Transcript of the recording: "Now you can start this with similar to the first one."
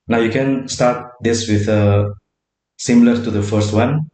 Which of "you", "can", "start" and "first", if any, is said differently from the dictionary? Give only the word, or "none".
none